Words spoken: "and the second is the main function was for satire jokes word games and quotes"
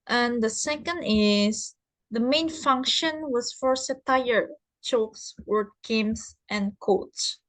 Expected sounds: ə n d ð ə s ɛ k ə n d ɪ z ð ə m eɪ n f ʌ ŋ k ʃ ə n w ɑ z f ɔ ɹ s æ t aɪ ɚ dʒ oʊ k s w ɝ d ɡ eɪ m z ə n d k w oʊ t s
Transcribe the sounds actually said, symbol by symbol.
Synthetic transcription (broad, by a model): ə n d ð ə s ɛ k ə n d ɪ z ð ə m eɪ n f ʌ ŋ k ʃ ə n w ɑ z f ɔ ɹ s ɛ t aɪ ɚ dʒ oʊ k s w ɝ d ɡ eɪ m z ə n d k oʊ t s